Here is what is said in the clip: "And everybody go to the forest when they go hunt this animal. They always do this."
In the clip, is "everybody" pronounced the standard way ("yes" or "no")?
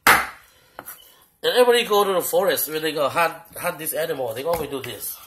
no